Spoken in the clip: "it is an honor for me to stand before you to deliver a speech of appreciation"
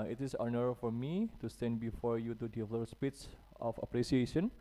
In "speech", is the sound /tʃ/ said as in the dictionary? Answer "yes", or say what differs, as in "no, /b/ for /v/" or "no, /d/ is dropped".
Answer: no, /s/ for /tʃ/